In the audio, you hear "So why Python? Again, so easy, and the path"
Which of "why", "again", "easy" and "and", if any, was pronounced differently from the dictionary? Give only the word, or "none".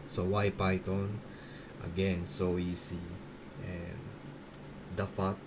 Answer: easy